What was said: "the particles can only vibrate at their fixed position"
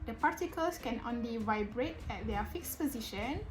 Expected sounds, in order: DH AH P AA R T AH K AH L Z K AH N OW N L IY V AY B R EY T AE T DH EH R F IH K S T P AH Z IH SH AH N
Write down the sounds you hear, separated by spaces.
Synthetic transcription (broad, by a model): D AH P AA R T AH K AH L S K AH N OW N L IY V AY B R EY T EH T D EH F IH K S P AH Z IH SH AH N